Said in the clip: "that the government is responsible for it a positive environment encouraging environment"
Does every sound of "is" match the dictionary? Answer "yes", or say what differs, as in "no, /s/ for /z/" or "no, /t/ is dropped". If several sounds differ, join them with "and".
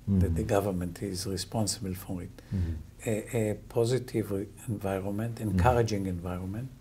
yes